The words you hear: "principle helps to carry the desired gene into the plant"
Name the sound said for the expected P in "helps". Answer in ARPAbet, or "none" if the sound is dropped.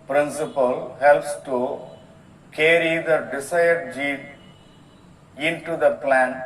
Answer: P